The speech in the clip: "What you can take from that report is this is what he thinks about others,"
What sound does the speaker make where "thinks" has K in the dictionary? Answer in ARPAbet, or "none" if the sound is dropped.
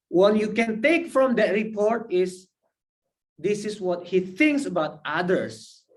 K